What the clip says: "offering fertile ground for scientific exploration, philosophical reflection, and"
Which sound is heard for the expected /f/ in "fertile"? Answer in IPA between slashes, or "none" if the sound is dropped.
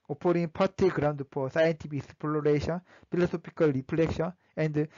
/p/